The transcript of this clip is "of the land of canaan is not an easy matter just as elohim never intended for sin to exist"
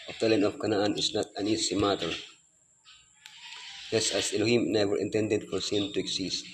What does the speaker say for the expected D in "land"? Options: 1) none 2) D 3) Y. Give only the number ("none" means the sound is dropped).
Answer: 1